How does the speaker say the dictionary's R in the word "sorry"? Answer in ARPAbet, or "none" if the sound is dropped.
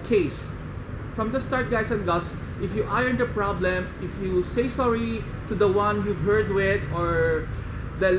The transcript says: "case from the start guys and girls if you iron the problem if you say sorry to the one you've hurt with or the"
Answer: R